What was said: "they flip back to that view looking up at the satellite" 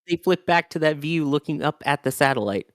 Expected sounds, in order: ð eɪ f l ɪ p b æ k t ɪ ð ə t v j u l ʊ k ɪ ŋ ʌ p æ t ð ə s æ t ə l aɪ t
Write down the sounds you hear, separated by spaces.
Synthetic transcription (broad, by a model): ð eɪ f l ɪ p b æ k t ɪ ð ə t v j u l ʊ k ɪ ŋ ʌ p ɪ t ð ə s æ t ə l aɪ t